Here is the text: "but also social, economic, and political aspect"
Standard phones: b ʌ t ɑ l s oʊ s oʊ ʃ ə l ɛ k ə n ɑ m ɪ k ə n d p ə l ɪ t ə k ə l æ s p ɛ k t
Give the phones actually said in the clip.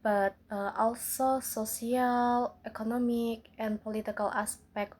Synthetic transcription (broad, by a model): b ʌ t ɑ l s oʊ s oʊ s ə l ɛ k ə n ɑ m ɪ k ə n p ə l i t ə k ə l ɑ s p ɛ k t